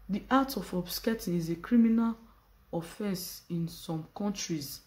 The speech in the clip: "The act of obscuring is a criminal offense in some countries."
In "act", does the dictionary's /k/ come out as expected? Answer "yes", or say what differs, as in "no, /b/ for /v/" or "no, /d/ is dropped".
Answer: no, /k/ is dropped